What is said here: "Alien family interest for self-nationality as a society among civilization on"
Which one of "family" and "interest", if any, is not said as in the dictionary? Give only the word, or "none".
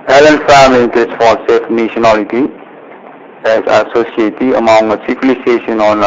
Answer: interest